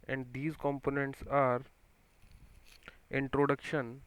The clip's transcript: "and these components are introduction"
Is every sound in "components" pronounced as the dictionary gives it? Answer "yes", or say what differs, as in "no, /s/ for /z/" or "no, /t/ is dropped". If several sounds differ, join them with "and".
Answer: yes